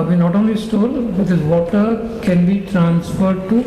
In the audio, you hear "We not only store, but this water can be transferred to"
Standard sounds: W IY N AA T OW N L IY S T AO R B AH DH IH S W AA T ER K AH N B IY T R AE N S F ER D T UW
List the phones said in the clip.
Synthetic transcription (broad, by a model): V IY N AA T OW N L IY S T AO L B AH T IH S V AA T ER K AH N B IY T R AE N S F ER D T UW